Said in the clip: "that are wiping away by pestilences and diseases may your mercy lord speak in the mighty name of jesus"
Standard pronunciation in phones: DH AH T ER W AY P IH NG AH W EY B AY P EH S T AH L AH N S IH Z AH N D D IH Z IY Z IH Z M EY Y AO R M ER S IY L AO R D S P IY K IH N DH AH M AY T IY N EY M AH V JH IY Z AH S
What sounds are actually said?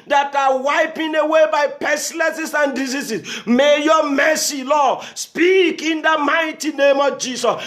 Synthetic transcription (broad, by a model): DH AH T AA W AY P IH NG AH W EY B AY P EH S L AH S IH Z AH N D D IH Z IY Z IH S M EY Y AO M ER S IY L AO S P IY K IH N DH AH M AY T IY N EY M AH V JH IY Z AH S